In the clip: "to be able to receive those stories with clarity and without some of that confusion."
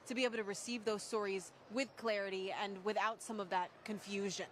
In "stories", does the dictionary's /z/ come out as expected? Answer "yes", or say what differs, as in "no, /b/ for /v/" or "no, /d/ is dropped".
yes